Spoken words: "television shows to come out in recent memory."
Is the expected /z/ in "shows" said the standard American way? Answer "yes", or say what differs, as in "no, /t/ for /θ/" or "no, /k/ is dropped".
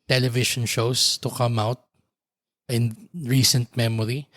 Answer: no, /s/ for /z/